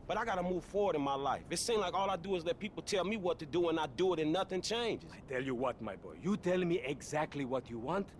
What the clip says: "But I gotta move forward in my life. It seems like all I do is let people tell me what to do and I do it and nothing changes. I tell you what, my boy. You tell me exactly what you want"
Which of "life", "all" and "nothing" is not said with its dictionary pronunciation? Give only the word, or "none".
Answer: none